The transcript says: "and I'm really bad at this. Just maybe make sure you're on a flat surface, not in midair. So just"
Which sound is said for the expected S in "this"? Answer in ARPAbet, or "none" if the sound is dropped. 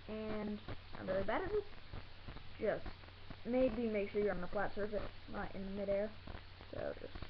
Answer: none